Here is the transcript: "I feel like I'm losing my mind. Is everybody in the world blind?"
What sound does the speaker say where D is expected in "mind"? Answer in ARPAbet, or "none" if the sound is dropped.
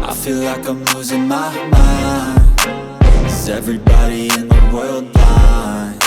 none